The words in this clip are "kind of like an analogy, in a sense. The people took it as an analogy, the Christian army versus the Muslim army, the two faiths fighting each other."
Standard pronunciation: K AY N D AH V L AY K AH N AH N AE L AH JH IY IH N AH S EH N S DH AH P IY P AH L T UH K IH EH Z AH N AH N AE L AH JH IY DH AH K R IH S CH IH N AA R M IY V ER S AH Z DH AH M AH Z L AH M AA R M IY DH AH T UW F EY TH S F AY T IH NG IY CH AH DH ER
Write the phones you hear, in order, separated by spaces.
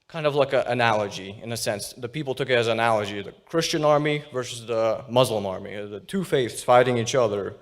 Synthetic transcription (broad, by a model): K AY N D AH V L AY K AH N AH N AE L AH JH IY IH N AH S EH N S DH AH P IY P L T UH K IH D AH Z AH N AE L AH JH IY DH AH K R IH S CH IH N AA R M IY V ER S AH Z DH AH M AH Z L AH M AA R M IY DH AH T UW F EY TH S F AY T IH NG IY CH AH DH ER